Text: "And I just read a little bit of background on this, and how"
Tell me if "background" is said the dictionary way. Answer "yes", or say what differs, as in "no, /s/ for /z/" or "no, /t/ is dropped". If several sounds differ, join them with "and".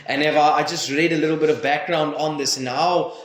yes